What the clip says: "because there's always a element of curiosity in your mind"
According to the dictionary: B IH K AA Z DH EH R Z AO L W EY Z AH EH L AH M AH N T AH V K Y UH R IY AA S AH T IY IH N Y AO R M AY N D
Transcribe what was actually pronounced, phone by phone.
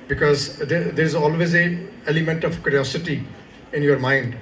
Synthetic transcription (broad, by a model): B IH K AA Z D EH R Z AO L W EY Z AH EH L AH M AH N T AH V K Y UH R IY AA S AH T IY IH N Y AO R M AY N D